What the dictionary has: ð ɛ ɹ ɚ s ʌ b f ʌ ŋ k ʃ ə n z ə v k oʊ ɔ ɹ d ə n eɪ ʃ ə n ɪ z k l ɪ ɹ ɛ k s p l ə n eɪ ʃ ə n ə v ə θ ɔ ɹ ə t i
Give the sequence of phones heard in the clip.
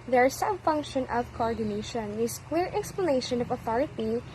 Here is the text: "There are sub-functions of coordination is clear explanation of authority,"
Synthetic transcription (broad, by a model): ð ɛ ɹ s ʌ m f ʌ ŋ k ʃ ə n ə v k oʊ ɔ ɹ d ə n eɪ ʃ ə n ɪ s k w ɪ ɹ ɛ k s p l ə n eɪ ʃ ə n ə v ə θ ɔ ɹ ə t i